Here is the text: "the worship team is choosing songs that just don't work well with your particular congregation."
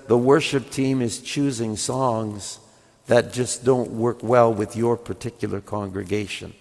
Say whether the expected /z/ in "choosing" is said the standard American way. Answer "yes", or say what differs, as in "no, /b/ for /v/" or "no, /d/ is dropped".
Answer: yes